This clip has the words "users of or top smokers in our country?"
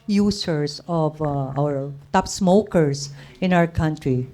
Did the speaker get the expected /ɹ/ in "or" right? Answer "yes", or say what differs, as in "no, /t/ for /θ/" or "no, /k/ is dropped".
no, /w/ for /ɹ/